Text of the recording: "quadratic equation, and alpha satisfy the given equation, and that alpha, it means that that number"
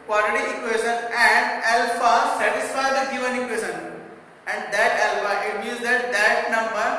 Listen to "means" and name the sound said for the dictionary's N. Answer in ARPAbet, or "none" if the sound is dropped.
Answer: none